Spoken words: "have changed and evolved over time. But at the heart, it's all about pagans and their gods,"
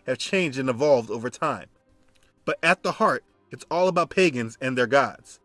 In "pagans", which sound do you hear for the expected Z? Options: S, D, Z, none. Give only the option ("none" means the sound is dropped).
Z